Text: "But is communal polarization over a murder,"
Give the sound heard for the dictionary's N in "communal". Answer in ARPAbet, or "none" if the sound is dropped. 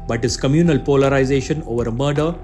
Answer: N